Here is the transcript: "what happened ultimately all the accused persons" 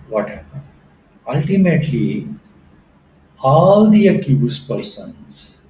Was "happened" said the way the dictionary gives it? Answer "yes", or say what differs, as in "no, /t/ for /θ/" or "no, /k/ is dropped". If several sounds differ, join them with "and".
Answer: no, /n/ is dropped